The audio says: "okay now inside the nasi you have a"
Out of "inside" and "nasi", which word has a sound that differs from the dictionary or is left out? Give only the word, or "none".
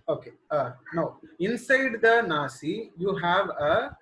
none